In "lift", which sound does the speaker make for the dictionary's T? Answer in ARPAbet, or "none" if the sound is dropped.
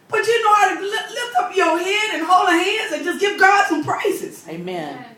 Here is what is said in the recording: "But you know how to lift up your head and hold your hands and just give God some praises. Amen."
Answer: T